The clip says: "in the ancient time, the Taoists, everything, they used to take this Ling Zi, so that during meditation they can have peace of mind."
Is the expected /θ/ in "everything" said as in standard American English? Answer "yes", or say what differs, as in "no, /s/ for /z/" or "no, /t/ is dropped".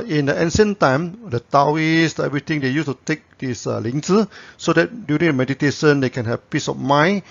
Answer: no, /t/ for /θ/